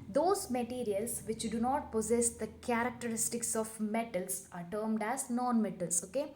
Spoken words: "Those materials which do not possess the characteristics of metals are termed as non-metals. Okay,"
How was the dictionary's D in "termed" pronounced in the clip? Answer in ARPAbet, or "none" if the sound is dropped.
D